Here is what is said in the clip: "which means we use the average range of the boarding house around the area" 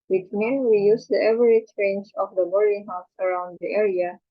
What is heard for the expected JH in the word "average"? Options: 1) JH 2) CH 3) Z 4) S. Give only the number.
2